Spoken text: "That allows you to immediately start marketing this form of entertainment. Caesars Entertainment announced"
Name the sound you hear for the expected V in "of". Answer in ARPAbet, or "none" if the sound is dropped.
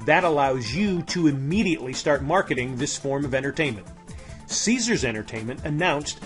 V